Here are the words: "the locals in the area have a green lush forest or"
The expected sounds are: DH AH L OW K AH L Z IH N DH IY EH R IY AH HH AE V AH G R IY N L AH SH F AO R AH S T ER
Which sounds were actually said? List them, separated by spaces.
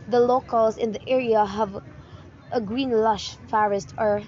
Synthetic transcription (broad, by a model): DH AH L OW K AH L Z IH N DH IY EH R IY AH HH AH V AH G R IY N L AH SH F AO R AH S T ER